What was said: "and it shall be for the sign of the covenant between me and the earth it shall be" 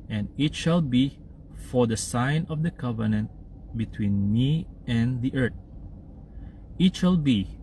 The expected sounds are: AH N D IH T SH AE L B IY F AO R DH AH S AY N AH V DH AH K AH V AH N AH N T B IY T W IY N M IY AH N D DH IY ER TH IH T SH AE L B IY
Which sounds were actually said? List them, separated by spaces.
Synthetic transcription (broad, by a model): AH N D IH T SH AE L B IY F AO R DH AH S AY N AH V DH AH K AH V AH N AH N T B IY T W IY N M IY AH N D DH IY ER T IH T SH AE L B IY